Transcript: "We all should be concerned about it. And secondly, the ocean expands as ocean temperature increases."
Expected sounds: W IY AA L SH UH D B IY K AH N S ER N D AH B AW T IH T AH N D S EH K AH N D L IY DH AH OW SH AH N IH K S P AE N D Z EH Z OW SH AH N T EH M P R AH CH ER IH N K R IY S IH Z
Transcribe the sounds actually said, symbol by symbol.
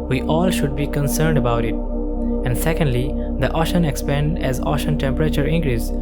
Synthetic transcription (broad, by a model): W IY AA L SH UH D B IY K AH N S ER N D AH B AW T IH T AH N D S EH K AH N D L IY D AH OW SH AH N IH K S P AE N D EH Z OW SH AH N T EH M P R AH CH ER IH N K R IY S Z